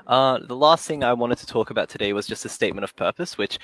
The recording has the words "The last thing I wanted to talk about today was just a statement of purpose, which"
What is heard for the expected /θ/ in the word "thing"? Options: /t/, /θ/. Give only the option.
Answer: /θ/